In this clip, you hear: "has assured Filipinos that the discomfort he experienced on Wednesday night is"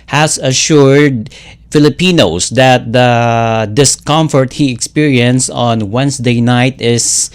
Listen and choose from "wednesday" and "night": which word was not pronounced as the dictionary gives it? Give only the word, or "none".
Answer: wednesday